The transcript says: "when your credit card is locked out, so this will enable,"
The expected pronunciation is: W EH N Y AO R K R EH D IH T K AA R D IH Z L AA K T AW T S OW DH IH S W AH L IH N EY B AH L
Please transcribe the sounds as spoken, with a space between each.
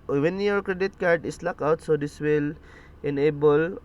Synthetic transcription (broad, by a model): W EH N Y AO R K R EH D IH T K AA R D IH S L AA K AW T S OW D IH S W AH L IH N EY B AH L